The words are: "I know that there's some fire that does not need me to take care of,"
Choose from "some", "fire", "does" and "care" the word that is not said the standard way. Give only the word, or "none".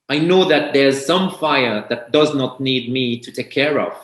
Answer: none